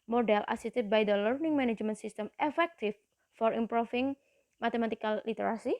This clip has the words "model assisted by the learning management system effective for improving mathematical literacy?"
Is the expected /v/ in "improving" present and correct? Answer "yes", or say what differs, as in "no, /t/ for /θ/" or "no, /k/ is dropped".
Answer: no, /f/ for /v/